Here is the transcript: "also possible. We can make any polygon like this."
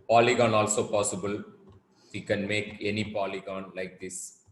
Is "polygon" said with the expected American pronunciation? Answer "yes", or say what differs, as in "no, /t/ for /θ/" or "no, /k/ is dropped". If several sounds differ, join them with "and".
yes